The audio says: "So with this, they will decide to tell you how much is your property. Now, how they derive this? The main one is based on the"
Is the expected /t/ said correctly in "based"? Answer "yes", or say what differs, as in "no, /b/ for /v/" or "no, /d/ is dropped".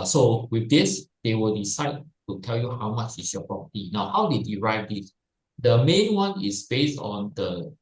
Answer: yes